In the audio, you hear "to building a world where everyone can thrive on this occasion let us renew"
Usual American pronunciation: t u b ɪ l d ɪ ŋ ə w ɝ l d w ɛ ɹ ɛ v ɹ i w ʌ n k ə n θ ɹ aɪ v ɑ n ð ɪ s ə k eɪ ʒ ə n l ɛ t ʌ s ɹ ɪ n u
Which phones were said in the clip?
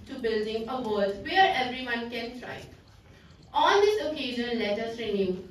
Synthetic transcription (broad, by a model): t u b ɪ l d ɪ ŋ ə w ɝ d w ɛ ɹ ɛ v ɹ i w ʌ n k ə n t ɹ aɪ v ɑ n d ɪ s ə k eɪ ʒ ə n l ɛ t ʌ s ɹ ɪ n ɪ